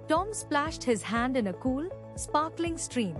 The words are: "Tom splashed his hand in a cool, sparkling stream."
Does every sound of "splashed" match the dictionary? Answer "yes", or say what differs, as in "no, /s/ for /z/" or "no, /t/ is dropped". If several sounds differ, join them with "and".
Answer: yes